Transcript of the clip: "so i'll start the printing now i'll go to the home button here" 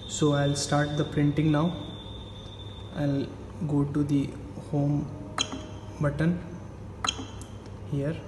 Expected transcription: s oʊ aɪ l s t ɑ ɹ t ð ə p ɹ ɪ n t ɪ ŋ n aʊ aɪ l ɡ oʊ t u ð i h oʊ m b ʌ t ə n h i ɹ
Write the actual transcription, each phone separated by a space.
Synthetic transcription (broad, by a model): s oʊ aɪ l s t ɑ ɹ t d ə p ɹ ɪ n t ɪ ŋ n aʊ aɪ l ɡ oʊ t u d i h oʊ m b ʌ t ə n h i ɹ